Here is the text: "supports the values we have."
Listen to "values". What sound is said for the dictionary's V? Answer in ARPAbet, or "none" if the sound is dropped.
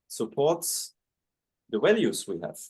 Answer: W